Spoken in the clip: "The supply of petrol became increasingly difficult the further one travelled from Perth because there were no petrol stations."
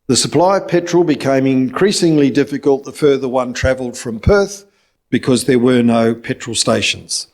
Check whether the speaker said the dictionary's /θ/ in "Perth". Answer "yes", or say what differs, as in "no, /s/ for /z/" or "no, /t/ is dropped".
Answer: yes